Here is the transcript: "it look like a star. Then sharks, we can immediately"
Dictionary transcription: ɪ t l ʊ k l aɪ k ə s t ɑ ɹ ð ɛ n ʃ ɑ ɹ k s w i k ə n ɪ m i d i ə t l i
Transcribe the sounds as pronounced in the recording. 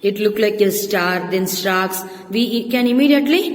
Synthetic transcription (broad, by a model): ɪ t l ʊ k l aɪ k ə s t ɑ ɹ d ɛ n s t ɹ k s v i k ə n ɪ m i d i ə t l i